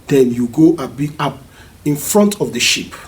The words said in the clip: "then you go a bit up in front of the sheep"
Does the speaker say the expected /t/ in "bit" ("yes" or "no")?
no